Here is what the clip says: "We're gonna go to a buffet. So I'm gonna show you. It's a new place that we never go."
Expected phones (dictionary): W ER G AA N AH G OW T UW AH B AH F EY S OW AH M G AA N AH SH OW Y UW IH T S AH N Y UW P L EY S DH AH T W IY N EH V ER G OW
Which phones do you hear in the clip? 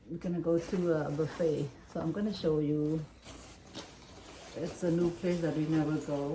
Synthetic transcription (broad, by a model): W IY G AA N AH G OW T UW AH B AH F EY S OW AH M G AA N AH SH OW Y UW IH T S AH N Y UW P L EY S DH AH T W IY N EH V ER G OW